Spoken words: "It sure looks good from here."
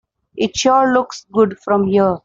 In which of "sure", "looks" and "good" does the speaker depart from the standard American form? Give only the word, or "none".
sure